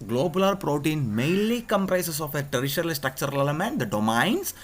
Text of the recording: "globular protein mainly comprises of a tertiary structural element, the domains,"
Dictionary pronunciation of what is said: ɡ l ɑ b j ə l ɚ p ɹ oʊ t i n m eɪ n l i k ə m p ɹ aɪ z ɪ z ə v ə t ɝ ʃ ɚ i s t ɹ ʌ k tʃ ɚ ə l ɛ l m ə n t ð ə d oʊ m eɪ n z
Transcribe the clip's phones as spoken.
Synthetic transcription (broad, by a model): ɡ l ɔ b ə l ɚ p ɹ oʊ t i n m eɪ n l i k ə m p ɹ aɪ s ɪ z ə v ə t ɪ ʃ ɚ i s t ɹ ʌ k tʃ ɚ ə l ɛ m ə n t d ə d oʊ m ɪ n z